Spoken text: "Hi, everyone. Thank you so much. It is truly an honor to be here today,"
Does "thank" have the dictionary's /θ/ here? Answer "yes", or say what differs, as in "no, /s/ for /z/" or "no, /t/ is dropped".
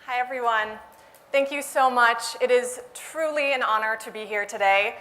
yes